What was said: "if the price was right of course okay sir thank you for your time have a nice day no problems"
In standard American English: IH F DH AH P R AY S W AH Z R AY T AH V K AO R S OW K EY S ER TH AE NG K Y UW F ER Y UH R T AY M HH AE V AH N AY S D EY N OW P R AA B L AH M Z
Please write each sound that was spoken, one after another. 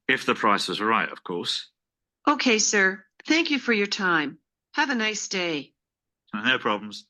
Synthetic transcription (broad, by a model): IH F DH AH P R AY S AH Z R AY T AH V K AO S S OW K EY S ER TH AE NG K Y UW F ER Y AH R T AY M HH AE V AH N AY S D EY N OW P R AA B L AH M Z